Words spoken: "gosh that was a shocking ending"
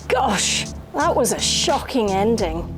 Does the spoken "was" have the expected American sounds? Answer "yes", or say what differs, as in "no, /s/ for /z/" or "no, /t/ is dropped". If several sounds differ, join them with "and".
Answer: yes